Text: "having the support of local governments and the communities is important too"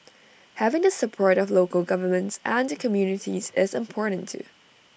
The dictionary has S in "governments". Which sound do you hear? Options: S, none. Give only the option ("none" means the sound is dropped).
S